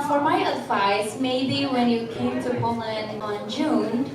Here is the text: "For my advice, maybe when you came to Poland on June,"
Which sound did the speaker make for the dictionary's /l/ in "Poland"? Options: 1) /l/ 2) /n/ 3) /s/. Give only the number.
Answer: 2